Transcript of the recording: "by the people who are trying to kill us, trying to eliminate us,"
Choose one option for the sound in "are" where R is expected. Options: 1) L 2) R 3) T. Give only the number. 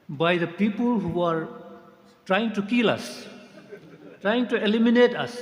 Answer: 2